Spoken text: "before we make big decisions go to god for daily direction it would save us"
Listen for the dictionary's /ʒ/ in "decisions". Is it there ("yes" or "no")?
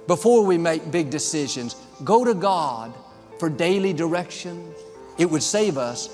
yes